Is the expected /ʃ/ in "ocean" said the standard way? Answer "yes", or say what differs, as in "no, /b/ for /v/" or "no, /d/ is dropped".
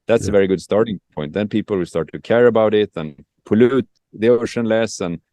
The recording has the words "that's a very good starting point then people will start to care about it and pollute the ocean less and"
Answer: yes